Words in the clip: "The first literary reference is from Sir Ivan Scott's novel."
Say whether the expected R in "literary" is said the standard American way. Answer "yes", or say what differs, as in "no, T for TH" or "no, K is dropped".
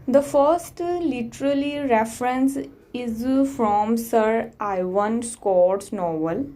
no, L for R